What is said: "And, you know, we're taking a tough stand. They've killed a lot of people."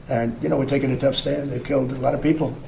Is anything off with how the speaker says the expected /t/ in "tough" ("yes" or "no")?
no